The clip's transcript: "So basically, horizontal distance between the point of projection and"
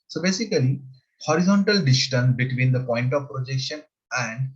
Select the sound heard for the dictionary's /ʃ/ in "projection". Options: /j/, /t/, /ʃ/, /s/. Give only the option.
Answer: /ʃ/